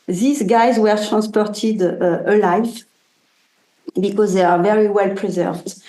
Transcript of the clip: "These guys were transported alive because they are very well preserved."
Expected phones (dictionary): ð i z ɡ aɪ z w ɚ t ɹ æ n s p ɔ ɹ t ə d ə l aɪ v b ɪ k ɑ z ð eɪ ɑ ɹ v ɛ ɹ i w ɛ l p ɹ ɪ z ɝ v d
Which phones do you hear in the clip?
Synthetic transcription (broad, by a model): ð i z ɡ aɪ z w ɚ t ɹ æ n s p ɔ ɹ t ə d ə l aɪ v b ɪ k ɑ z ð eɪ ɑ ɹ v ɛ ɹ i w ɛ l p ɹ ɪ z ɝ v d